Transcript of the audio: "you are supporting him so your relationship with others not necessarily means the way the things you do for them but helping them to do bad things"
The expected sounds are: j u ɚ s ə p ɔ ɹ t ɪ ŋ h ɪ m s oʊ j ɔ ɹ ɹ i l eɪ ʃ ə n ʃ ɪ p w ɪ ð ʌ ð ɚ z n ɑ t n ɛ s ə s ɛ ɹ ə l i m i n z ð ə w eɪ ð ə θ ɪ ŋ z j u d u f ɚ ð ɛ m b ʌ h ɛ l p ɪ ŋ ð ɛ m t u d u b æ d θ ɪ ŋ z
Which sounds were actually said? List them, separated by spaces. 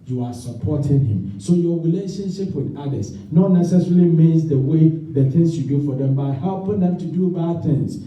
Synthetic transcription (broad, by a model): j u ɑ s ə p ɔ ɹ t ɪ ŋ h ɪ m s oʊ j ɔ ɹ ɹ i l eɪ ʃ ə n ʃ ɪ p w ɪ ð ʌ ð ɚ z n ɑ t n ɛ s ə s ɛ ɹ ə l i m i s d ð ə w eɪ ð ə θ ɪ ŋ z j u d u f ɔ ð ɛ m b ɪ h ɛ l p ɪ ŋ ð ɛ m t u d u b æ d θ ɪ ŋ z